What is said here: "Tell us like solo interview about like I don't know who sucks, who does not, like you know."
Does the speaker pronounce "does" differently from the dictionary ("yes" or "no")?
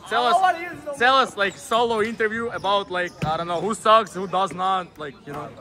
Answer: no